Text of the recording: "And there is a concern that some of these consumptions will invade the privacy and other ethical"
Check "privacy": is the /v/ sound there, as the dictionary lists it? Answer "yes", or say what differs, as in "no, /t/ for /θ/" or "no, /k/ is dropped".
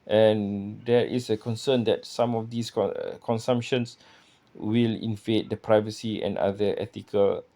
yes